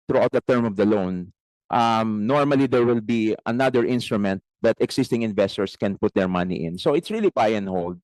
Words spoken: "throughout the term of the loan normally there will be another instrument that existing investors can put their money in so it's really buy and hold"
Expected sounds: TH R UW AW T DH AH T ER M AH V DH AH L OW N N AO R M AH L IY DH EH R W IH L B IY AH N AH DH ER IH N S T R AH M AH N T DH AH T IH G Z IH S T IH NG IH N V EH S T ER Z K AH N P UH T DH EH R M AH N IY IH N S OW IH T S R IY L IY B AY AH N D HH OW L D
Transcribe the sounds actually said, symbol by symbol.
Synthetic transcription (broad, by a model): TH R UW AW T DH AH T ER M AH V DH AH L OW N N AO R M AH L IY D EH R W IH L B IY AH N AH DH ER IH N S T R AH M AH N T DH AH T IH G S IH S T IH NG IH N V EH S T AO S K AH N P UH T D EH R M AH N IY IH N S OW IH T S R IY L IY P AY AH N HH OW L D